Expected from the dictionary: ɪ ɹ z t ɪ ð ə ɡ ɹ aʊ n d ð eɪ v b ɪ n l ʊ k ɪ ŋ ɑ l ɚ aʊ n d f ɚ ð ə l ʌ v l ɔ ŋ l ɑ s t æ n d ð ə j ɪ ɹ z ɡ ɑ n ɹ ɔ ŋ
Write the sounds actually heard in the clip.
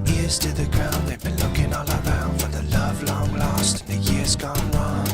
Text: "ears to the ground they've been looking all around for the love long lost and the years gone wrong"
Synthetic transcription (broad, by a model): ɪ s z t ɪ ð ə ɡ ɹ aʊ n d ð eɪ v b ɪ n l ʊ k ɪ ŋ ɑ l ɚ aʊ n d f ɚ ð ə l ʌ v l ɔ ŋ l ɑ s t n ð ə j ɪ ɹ z ɡ ɑ n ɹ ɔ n